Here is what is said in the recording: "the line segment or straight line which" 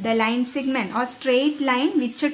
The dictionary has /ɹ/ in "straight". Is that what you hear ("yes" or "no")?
yes